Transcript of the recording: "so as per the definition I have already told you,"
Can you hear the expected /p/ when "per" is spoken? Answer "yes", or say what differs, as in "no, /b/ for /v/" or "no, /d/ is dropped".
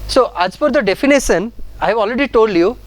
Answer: no, /f/ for /p/